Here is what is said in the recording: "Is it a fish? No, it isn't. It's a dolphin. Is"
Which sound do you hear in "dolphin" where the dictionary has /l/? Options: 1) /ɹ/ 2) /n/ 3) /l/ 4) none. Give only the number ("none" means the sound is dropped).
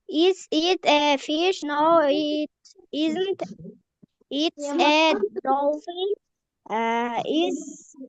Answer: 4